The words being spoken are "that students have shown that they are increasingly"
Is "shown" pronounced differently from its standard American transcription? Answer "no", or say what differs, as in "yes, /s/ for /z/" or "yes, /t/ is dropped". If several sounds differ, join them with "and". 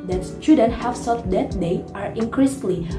yes, /s/ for /ʃ/